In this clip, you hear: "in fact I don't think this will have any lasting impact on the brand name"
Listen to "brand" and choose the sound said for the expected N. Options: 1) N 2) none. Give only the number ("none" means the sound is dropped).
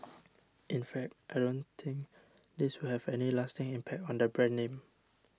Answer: 2